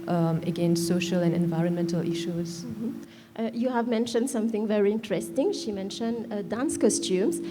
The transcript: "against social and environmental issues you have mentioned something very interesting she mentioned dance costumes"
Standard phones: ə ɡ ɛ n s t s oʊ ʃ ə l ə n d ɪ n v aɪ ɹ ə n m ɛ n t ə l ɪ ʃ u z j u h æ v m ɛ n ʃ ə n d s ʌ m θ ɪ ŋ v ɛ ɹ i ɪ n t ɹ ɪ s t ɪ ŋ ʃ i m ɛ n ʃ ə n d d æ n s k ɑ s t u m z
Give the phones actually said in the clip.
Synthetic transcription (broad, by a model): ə ɡ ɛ n s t s oʊ ʃ ə l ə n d ɪ n v aɪ ɹ ə n m ɛ n t ə l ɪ ʃ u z j u h æ v m ɛ n ʃ ə n d s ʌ m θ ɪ ŋ v ɛ ɹ i ɪ n t ɹ ɪ s t ɪ ŋ ʃ i m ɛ n ʃ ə n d d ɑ n s k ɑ s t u m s